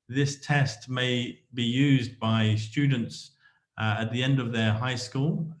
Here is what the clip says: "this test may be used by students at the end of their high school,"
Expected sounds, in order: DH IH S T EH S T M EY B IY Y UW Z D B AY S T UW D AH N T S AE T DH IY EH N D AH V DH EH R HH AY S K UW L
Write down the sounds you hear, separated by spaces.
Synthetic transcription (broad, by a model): DH IH S T EH S T M EY B IY Y UW Z B AY S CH UW D N T S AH T DH IY EH N D AH V DH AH R HH AY S K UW L